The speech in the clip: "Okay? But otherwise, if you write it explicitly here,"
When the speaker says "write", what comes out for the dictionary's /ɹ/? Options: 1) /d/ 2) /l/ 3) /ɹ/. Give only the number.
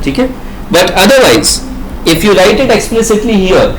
2